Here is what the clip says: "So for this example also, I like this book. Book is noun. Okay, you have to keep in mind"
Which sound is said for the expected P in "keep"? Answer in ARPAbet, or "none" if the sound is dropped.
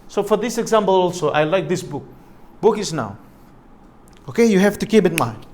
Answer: B